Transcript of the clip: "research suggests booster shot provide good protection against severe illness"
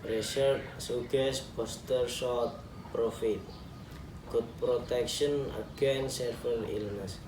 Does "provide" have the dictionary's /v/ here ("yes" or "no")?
no